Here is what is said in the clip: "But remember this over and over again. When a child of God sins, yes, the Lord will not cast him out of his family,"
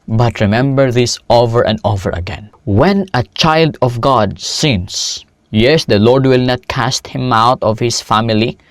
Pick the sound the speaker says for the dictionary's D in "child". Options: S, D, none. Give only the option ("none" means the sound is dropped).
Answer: D